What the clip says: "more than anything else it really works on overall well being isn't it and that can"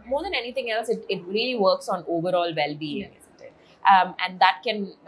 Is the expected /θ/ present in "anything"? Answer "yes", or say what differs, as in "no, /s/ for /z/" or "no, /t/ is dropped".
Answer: no, /t/ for /θ/